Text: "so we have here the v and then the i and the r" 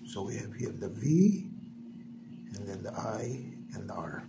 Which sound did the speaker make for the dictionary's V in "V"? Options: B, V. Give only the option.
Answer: V